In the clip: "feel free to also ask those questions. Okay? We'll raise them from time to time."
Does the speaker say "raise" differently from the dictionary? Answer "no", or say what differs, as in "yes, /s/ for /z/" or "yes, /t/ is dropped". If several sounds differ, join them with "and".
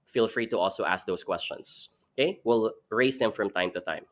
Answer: yes, /s/ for /z/